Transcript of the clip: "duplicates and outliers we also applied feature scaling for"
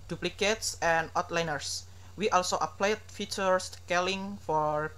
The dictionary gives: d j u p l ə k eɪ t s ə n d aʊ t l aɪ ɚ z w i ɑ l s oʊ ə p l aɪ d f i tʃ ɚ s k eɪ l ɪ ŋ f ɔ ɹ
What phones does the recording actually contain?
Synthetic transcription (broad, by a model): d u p l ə k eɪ t s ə n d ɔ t l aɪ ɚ s w i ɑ l s oʊ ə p l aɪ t f i tʃ ɚ s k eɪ l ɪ ŋ f ɔ ɹ